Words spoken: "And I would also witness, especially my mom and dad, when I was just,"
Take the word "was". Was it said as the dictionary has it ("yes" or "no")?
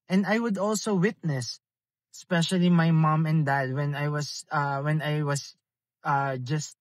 no